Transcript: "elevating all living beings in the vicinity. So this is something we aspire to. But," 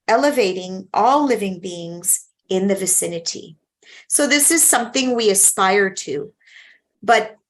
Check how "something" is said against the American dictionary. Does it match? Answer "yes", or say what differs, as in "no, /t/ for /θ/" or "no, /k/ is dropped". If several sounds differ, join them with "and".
yes